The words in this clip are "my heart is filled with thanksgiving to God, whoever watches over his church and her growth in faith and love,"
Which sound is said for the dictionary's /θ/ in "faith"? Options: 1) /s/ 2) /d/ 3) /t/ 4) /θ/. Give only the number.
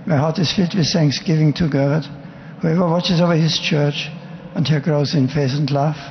1